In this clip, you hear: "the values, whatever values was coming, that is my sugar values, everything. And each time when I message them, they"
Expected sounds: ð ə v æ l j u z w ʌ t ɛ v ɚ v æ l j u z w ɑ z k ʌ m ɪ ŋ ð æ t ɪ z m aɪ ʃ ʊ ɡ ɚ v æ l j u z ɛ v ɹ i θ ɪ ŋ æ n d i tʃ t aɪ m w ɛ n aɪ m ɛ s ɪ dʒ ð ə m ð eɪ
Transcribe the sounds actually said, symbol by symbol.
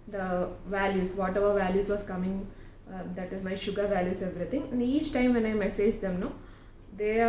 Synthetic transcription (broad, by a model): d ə v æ l j u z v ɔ t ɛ v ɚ v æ l j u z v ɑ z k ʌ m ɪ ŋ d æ t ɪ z m aɪ ʃ ʊ ɡ ɚ v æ l j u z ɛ v ɹ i t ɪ ŋ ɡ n i tʃ t aɪ m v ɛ n aɪ m ɛ s ɪ dʒ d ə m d eɪ